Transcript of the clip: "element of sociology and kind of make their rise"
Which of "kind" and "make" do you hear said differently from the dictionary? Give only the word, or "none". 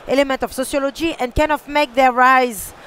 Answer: kind